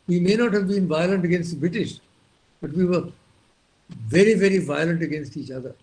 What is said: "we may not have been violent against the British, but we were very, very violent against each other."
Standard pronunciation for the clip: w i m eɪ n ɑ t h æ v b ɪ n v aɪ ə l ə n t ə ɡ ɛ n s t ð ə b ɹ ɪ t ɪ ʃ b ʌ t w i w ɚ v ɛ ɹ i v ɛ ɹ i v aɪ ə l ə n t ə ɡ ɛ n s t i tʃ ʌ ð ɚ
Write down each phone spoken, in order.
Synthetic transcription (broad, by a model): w i m eɪ n ɑ t h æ v b ɪ n v aɪ ə l ə n t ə ɡ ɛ n s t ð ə b ɹ ɪ t ɪ ʃ b ʌ t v i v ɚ v ɛ ɹ i v ɛ ɹ i v aɪ ə l ə n t ə ɡ ɛ n s t i tʃ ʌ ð ɚ